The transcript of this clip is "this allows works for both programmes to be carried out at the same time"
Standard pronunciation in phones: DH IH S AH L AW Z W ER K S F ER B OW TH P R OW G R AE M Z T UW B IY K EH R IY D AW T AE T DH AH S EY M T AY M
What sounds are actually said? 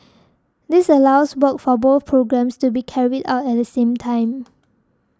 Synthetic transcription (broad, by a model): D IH S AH L AW S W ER K F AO B OW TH P R OW G R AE M S T UW B IY K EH R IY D AW T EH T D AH S EY M T AY M